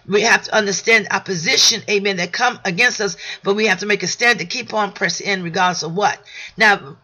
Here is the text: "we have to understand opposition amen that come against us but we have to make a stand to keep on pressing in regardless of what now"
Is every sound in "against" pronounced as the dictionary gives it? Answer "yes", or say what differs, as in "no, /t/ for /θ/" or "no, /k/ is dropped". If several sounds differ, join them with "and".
yes